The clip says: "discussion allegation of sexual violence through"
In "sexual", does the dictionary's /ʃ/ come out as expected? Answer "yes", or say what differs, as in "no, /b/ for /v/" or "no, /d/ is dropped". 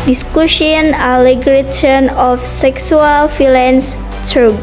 no, /s/ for /ʃ/